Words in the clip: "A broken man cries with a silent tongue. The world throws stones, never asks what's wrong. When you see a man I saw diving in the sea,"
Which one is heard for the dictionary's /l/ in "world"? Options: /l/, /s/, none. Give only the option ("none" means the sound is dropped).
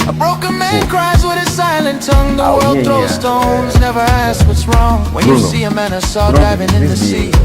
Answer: /l/